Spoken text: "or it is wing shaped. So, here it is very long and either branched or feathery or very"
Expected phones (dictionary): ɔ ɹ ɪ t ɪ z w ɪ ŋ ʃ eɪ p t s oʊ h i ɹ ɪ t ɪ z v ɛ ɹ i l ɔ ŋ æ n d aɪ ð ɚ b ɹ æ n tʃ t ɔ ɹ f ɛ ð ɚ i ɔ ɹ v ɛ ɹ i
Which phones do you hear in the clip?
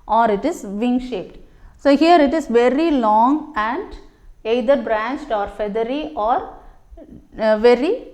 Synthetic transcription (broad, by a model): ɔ ɹ ɪ t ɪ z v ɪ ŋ ʃ eɪ p t s oʊ h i ɹ ɪ t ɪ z v ɛ ɹ i l ɔ ŋ æ n d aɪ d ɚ b ɹ æ n tʃ t ɔ ɹ f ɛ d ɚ i ɔ ɹ v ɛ ɹ i